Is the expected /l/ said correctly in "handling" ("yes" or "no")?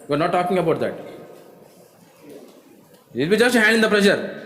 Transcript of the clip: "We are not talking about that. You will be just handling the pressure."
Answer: no